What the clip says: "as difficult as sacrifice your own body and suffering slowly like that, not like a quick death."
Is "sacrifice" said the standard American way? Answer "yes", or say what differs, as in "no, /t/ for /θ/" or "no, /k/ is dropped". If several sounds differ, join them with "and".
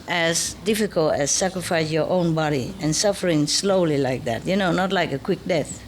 yes